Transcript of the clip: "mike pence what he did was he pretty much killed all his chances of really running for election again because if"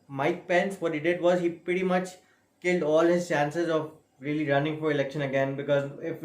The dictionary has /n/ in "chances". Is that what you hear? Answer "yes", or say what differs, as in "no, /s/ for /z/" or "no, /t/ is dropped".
yes